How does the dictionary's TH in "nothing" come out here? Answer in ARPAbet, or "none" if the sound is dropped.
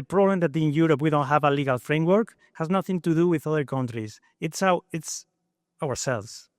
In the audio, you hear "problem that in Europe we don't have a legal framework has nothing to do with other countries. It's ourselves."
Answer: TH